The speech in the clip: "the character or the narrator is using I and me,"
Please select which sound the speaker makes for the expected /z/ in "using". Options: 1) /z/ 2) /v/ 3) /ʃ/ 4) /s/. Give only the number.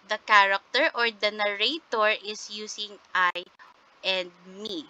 4